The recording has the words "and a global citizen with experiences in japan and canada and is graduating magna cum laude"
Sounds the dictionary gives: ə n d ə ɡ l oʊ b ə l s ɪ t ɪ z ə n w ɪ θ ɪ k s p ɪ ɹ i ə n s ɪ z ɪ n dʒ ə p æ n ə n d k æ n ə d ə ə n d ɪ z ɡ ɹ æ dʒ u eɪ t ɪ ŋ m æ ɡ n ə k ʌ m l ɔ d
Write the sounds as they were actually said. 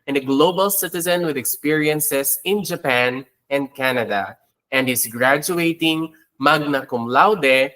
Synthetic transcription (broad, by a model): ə n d ə ɡ l oʊ b ə l s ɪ t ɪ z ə n w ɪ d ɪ k s p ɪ ɹ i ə n s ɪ s ɪ n dʒ ə p æ n ə n d k æ n ə d ə ə n d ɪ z ɡ ɹ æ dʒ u eɪ t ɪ ŋ m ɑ ɡ n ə k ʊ m l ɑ d